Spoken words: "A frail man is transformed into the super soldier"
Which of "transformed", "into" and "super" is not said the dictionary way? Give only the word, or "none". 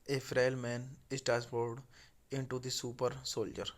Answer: transformed